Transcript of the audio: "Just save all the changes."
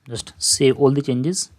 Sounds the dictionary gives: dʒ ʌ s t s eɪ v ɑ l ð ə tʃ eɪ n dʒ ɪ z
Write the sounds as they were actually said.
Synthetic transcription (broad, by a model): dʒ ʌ s t s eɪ ɑ l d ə tʃ eɪ n dʒ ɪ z